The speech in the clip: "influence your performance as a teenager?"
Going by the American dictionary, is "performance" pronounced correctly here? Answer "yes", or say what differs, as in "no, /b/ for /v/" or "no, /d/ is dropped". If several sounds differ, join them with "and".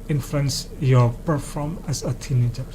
no, /n/ is dropped